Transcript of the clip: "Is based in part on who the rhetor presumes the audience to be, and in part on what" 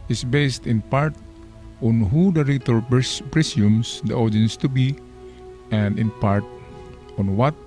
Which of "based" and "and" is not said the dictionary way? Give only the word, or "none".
none